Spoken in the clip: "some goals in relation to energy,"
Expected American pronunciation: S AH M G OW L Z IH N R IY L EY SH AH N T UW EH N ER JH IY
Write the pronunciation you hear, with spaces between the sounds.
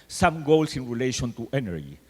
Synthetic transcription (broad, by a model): S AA M G OW L S IH N R IY L EY SH AH N T UW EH N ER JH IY